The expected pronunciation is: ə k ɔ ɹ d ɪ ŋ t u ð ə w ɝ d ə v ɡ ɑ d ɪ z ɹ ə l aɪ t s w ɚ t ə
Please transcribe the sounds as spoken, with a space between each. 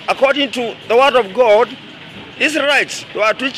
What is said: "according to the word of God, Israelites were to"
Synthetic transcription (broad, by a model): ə k ɔ ɹ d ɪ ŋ t u ð ə w ɝ d ə v ɡ ɑ d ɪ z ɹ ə ɪ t s w ɚ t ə